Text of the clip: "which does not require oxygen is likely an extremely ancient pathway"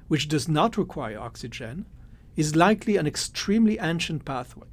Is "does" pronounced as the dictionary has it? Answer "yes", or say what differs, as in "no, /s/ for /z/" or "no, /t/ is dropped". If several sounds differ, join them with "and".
yes